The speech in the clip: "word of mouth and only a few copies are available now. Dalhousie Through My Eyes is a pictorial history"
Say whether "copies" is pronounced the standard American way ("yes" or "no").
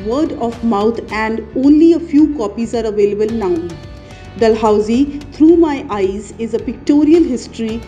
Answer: yes